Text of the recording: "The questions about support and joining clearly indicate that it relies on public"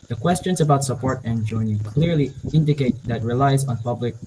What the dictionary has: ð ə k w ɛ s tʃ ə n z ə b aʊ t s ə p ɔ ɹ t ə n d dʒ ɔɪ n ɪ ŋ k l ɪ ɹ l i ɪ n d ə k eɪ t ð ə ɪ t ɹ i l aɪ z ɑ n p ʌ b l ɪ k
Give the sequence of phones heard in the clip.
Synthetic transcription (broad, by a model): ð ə k w ɛ s tʃ ə n z ə b aʊ t s ə p ɔ ɹ t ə n dʒ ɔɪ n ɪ k l ɪ ɹ l i ɪ n d ə k eɪ t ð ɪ t ɹ i l aɪ z n p ʌ b l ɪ k